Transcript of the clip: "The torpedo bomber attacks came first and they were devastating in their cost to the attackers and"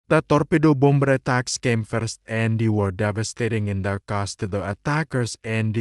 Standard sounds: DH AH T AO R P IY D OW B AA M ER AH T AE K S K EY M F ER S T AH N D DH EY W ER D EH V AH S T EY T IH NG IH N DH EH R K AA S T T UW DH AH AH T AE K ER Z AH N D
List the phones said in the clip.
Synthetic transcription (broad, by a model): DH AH T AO R P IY D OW B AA M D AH T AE K S K EY M F ER S T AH N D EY W ER D EH V AH S T EY T IH NG IH N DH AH K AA S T T UW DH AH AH T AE K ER S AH N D